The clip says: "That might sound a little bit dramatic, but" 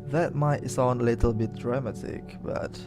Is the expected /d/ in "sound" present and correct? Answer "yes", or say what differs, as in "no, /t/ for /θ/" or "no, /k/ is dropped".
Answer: no, /d/ is dropped